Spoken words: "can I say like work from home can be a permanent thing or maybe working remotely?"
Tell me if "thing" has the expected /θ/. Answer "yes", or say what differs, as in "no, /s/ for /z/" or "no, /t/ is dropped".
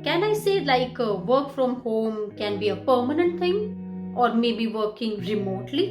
no, /t/ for /θ/